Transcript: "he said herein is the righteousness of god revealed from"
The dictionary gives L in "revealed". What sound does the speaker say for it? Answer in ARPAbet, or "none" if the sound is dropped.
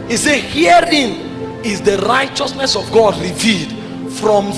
L